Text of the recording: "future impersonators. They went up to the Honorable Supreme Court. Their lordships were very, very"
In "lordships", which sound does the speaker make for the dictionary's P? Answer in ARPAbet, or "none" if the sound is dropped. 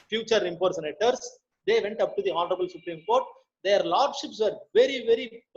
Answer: P